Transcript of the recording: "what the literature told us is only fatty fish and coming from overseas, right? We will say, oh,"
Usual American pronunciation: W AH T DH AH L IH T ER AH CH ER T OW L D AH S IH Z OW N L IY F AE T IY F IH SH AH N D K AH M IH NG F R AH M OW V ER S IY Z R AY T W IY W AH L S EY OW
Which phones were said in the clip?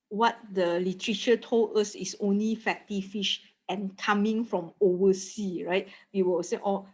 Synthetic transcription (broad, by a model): W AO T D AH L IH T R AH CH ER T OW L D AH S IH S OW N L IY F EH T IY F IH SH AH N K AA M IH NG F R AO M OW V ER S IY R AY T W IY W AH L S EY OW